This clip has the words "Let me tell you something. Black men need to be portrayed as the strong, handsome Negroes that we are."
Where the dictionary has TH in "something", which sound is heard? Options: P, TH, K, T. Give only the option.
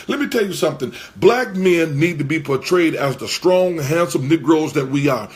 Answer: TH